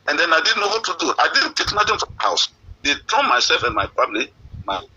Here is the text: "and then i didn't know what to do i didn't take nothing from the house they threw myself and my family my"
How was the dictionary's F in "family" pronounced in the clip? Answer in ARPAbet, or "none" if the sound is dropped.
P